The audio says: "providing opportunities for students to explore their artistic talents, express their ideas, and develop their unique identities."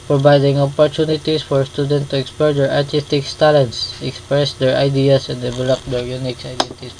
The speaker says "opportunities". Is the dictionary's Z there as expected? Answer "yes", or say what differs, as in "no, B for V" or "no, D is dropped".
no, S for Z